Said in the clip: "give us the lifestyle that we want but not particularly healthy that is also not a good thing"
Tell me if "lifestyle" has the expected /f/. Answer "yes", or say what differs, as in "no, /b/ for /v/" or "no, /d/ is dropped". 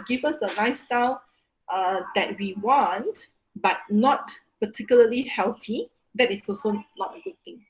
no, /f/ is dropped